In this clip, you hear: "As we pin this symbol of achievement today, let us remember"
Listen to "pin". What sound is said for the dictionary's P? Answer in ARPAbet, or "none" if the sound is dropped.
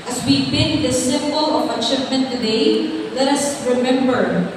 B